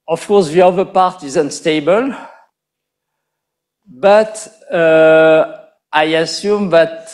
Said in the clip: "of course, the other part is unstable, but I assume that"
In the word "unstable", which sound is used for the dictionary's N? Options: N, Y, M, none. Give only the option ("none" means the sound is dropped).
N